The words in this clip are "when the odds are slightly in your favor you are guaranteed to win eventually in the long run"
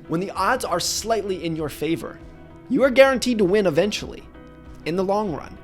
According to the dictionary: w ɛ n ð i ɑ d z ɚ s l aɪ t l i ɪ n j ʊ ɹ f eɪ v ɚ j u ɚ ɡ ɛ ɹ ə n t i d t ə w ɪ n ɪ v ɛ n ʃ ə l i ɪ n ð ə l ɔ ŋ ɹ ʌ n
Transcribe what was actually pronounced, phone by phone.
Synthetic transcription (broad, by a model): w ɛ n ð i ɑ d z ɚ s l aɪ t l i ɪ n j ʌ ɹ f eɪ v ɚ j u ɚ ɡ ɛ ɹ ə n t i d t ə w ɪ n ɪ v ɛ n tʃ l i ɪ n ð ə l ɔ ŋ ɹ ʌ n